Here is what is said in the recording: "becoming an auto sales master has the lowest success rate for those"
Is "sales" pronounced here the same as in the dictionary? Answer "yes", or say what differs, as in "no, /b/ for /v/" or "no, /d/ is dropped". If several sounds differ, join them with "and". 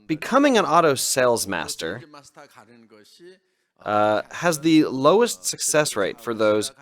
yes